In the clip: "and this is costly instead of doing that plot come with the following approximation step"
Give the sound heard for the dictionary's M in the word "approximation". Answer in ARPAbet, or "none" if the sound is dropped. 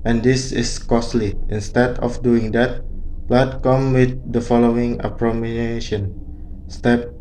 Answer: none